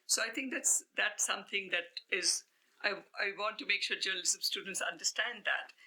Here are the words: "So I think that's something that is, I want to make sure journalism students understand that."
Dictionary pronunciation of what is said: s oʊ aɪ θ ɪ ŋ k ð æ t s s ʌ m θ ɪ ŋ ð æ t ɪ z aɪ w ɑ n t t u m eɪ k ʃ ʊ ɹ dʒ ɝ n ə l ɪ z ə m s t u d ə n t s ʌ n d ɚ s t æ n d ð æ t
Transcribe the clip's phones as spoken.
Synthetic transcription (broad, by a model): s oʊ aɪ t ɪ ŋ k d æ t s s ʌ m t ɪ ŋ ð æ t ɪ z aɪ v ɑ n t t u m eɪ k ʃ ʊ ɹ dʒ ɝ n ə l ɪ s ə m s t u d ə n t s ʌ n d ɚ s t æ n d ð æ t